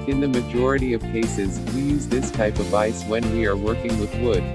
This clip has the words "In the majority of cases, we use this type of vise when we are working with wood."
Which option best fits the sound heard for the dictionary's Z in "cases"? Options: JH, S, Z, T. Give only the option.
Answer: Z